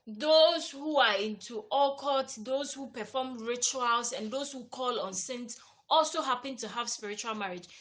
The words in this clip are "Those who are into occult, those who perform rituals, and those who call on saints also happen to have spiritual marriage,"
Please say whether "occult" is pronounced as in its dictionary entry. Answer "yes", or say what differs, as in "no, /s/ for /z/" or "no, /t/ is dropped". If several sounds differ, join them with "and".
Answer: no, /l/ is dropped